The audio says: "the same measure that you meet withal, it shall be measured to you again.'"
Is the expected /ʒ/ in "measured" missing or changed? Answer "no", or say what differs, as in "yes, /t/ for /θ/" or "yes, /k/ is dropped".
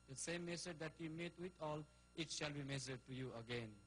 yes, /s/ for /ʒ/